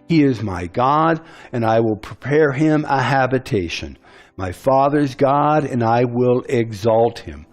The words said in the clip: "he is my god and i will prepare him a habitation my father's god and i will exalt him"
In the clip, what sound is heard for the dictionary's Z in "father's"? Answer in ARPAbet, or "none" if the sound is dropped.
Z